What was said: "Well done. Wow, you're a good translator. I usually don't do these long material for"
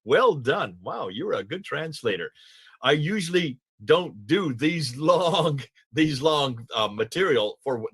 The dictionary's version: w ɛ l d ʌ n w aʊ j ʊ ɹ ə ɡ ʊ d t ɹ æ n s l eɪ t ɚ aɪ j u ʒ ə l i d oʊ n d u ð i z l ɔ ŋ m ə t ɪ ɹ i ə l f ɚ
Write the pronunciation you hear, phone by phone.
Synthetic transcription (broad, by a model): w ɛ l d ʌ n w aʊ j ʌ ɹ ə ɡ ʊ d t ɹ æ n s l eɪ t ɚ aɪ j u ʒ l i d oʊ n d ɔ ð i z l ɔ ŋ m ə t ɪ ɹ i l f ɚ